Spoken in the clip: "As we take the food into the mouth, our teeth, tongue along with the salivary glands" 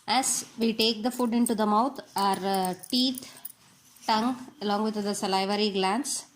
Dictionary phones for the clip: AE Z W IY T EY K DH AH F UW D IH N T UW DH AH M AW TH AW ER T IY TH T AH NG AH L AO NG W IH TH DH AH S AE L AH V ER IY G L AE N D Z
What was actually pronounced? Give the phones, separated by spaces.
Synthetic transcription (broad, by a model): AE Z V IY T EY K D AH F UW D IH N T UW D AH M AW T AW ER T IY T T AH NG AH L AO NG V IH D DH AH S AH L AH V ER IY G L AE N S